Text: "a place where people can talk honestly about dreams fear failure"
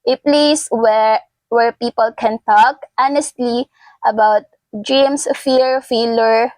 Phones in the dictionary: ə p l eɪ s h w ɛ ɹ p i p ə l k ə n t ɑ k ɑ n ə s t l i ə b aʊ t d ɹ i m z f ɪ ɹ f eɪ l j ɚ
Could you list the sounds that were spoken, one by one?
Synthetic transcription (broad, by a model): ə p l eɪ s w w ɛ ɹ p i p ə l k ə n t ɑ k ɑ n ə s t l i ə b aʊ t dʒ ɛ m s f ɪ ɹ f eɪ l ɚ